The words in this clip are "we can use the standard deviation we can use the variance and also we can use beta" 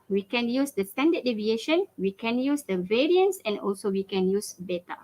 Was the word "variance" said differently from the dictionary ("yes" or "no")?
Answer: no